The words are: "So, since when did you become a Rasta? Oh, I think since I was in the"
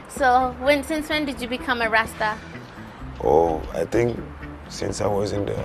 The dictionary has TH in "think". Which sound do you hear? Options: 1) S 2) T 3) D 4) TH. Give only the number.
2